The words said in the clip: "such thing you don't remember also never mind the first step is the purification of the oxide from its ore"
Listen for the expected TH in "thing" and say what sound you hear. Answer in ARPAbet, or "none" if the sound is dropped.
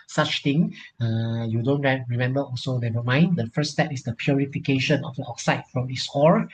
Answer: T